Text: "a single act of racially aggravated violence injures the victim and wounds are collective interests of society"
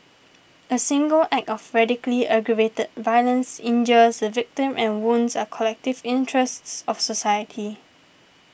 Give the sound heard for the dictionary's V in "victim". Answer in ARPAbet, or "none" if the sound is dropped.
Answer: V